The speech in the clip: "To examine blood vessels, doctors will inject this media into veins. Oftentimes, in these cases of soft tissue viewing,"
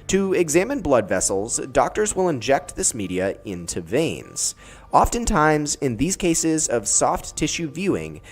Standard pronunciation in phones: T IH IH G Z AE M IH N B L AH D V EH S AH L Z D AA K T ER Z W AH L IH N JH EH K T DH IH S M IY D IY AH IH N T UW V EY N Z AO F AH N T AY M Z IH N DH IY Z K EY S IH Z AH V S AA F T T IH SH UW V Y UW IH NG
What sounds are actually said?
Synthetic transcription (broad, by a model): T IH IH G Z AE M IH N B L AH D V EH S L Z D AA K T ER Z W AH L IH N JH EH K T DH IH S M IY D IY AH IH N T UW V EY N Z AO F AH N T AY M Z IH N DH IY Z K EY S IH Z AH V S AA F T T IH SH UW V Y UW IH NG